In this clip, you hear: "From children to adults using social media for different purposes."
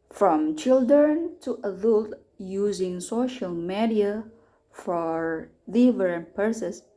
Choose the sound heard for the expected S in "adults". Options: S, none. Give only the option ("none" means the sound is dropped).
none